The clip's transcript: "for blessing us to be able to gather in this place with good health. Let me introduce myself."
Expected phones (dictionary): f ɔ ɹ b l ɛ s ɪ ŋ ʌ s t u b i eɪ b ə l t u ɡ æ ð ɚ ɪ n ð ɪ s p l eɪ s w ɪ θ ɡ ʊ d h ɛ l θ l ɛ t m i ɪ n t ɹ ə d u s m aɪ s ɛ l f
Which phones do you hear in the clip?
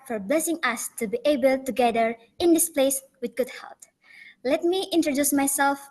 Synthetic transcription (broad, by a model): f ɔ ɹ b l ɛ s ɪ ŋ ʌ s t u b i eɪ b ə l t u ɡ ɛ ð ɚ ɪ n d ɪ s p l eɪ s w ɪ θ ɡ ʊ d h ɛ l t l ɛ t m i ɪ n t ɹ ə d u s m aɪ s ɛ l f